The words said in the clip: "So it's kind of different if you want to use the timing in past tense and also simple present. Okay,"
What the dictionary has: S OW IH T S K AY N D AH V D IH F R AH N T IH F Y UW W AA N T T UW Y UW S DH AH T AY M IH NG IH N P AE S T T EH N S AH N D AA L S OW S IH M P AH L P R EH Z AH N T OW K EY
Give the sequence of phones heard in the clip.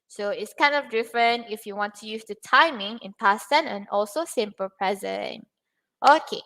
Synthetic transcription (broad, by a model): S OW IH T S K AY N D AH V D IH F R AH N T IH F Y UW W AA N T T UW Y UW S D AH T AY M IH NG IH N P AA S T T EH N AH N AA L S OW S IH M P AH L P R EH Z AH N T OW K EY